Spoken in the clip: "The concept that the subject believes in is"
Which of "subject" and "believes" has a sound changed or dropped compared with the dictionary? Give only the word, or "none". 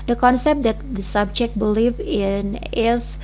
believes